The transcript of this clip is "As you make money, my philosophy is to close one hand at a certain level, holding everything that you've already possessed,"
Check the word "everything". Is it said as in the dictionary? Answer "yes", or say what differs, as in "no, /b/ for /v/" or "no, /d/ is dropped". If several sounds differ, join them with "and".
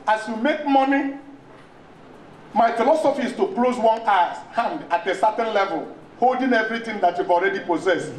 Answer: no, /t/ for /θ/